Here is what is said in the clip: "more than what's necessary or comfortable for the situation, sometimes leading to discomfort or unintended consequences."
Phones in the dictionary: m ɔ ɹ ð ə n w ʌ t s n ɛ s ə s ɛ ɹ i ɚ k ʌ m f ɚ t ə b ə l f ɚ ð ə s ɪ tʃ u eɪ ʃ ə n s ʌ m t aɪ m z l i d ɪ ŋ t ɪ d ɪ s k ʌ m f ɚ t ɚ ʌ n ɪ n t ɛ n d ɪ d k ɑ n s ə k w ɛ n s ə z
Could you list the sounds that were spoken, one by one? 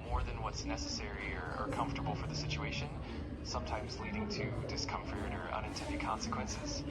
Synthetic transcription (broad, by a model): m ɔ ɹ ð ə n w ʌ t s n ɛ s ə s ɛ ɹ i ɚ k ʌ m f t ə b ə l f ɚ ð ə s ɪ tʃ u eɪ ʃ ə n s ʌ m t aɪ m z l i d ɪ ŋ t ɪ d ɪ s k ʌ m f ɚ t ɚ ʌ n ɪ n t ɛ n d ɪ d k ɑ n s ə k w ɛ n s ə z